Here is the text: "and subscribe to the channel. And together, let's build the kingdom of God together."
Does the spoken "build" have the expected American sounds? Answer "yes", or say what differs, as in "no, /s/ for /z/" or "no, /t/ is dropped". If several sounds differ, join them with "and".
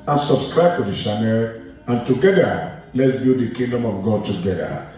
no, /l/ is dropped